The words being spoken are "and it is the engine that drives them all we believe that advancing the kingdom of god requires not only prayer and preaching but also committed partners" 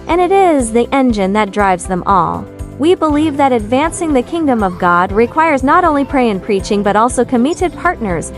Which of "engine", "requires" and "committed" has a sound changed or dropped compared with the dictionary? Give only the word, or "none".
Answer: none